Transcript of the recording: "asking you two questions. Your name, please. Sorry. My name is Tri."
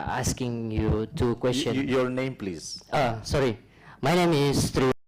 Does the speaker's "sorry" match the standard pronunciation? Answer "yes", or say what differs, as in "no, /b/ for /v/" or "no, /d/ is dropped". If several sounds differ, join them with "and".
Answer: yes